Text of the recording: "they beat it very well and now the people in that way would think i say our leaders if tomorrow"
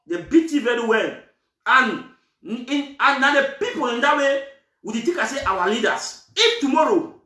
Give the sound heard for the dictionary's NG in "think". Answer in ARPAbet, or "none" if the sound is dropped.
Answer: none